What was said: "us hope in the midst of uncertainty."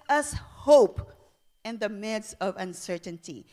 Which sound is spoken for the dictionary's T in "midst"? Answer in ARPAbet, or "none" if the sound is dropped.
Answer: none